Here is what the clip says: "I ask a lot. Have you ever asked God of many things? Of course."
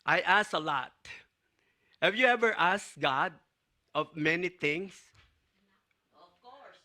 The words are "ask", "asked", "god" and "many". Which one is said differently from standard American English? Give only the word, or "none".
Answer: ask